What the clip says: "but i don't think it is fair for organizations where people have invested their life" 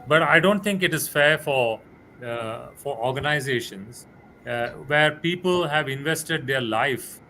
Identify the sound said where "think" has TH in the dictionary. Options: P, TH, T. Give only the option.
T